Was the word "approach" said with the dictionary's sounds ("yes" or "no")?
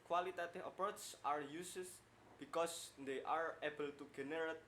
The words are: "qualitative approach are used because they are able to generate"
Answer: no